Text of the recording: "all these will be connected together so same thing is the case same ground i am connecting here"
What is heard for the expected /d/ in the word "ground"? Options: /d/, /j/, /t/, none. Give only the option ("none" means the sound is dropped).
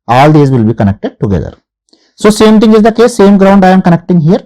/d/